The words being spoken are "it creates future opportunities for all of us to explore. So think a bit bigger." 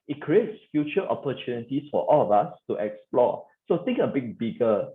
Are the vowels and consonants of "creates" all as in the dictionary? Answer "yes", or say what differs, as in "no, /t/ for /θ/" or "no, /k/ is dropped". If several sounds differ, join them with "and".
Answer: yes